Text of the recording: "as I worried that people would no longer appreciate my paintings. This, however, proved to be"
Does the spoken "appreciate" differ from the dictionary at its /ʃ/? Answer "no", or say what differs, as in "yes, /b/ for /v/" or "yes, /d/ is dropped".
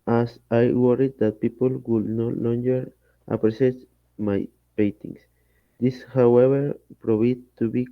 yes, /s/ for /ʃ/